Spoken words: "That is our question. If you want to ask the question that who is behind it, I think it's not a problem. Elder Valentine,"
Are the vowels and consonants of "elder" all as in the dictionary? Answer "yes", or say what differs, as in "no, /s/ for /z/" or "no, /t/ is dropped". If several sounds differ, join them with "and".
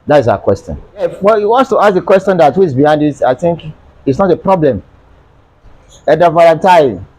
no, /l/ is dropped